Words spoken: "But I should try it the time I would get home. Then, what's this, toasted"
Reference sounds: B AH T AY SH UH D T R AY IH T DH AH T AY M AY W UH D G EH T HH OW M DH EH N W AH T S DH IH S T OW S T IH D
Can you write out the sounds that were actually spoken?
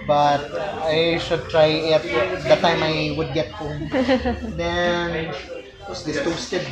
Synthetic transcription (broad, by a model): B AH T AY SH UH D T R AY IH T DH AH T AY M AY W UH D G EH T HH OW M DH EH N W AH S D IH T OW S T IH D